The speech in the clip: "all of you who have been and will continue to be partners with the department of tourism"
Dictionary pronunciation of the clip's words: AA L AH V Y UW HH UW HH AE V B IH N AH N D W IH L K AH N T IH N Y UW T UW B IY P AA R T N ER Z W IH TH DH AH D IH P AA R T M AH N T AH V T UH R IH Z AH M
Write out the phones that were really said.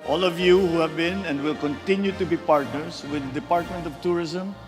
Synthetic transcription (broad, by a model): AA L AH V Y UW HH UW HH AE V B IH N AH N D W IH L K AH N T IH N Y UW T UW B IY P AA R T N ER S W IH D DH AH D IH P AA R T M AH N T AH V T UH R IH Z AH M